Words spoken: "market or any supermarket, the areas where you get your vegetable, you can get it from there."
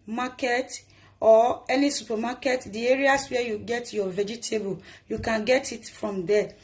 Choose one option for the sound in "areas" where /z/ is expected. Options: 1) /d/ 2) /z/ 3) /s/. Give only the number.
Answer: 3